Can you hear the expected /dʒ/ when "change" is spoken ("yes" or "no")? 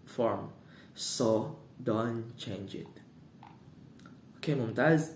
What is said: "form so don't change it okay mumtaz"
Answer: yes